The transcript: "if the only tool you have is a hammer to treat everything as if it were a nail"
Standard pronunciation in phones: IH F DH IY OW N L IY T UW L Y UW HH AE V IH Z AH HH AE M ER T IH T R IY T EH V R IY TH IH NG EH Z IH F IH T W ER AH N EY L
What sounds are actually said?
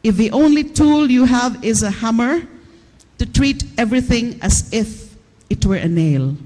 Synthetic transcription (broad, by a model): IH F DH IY OW N L IY T UW L Y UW HH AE V IH Z AH HH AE M ER T IH T R IY T EH V R IY TH IH NG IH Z IH F IH T W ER AH N EY L